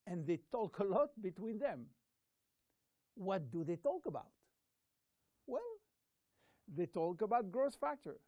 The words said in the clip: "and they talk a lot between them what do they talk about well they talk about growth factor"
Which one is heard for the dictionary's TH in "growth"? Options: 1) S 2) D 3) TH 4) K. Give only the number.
1